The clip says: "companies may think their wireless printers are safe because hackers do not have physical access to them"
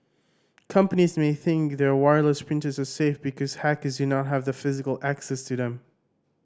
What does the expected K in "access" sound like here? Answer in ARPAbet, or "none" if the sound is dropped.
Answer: K